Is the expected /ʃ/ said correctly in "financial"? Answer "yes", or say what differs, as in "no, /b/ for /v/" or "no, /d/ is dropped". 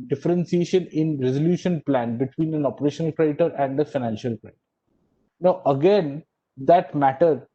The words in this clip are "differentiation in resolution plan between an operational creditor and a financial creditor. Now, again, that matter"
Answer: yes